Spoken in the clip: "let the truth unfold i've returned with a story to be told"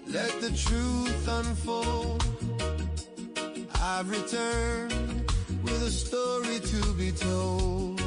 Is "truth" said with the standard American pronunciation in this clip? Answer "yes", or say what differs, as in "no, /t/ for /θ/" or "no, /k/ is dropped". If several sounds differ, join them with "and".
yes